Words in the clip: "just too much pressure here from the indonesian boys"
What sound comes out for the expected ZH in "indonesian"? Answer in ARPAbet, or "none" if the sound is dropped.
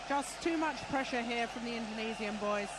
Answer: Z